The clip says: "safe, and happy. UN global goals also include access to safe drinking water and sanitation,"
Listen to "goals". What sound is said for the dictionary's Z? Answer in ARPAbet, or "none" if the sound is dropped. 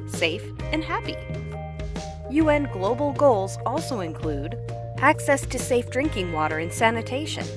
Z